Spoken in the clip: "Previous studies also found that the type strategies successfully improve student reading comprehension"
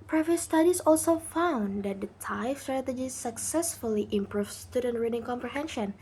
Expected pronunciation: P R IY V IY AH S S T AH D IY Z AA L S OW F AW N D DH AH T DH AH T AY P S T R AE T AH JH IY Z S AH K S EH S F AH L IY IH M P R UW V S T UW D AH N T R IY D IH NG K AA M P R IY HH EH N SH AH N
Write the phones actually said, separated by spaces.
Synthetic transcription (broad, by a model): P R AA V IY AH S S T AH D IY S AA L S OW F AW N D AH T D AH T AY F S T R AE T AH JH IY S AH K S EH S F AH L IY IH M P R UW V S T UW D AH N T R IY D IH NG K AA M P R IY HH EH N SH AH N